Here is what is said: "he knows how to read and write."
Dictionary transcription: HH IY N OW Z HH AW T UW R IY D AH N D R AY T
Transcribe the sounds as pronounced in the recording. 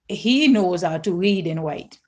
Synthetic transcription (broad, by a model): HH IY N OW Z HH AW T UW R IY D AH N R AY T